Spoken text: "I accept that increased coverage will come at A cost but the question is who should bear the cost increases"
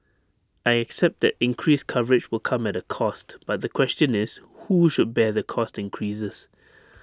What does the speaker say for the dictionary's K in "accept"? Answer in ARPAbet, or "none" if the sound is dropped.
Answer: K